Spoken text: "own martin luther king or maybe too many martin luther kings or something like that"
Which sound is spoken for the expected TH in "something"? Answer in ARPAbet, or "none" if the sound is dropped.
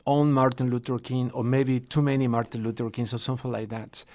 F